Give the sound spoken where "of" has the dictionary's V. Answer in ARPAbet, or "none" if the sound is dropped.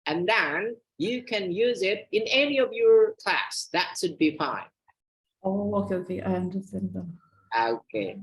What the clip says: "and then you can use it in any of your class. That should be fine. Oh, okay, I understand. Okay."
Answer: V